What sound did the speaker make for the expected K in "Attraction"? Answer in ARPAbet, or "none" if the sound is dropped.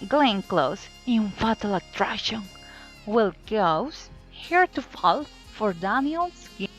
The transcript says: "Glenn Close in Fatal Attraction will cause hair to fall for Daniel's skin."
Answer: none